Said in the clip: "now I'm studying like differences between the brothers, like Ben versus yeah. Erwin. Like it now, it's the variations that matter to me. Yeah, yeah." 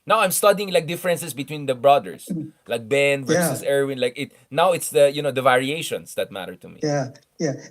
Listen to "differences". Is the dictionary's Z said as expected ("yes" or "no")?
no